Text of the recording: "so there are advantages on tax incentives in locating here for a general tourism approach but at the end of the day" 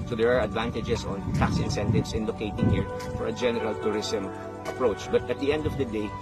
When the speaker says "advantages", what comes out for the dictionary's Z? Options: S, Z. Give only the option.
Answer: S